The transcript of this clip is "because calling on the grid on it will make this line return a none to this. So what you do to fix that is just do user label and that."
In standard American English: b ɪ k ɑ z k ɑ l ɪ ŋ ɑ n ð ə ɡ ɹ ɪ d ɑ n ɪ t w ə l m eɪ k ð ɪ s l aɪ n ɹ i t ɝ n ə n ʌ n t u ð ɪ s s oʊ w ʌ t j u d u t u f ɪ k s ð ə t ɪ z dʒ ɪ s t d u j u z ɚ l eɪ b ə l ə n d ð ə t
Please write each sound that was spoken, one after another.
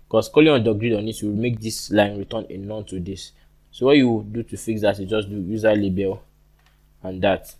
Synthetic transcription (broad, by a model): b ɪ k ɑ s k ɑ l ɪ ɑ n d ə ɡ ɹ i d ɑ n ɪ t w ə w m eɪ k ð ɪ s l aɪ n ɹ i t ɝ n ə n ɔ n t u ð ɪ s s oʊ w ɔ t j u d u t u f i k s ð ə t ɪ dʒ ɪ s d u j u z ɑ l eɪ b ə l ə n d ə t